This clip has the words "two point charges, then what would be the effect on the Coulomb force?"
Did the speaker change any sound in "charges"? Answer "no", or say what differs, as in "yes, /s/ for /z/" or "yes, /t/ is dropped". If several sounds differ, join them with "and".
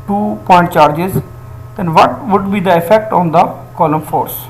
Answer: no